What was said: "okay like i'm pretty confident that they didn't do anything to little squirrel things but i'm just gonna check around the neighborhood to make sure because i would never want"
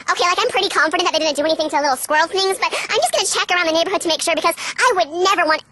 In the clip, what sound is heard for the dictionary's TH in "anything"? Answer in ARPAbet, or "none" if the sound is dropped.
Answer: TH